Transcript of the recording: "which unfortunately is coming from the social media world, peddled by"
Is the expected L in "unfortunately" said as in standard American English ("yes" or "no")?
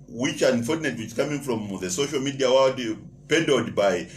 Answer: no